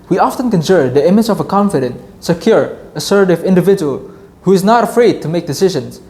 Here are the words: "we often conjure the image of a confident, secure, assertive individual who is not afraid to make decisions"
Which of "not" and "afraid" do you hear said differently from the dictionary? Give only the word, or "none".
none